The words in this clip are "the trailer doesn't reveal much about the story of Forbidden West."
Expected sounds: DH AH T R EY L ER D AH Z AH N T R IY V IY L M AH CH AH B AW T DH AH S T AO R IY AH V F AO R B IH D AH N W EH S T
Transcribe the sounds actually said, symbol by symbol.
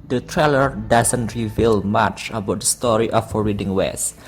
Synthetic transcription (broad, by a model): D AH T R EY L ER D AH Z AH N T R IY V IY L M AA CH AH B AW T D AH S T AO R IY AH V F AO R IH D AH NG W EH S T